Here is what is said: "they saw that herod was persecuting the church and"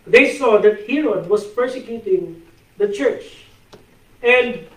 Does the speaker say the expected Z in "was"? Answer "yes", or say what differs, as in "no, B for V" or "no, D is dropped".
no, S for Z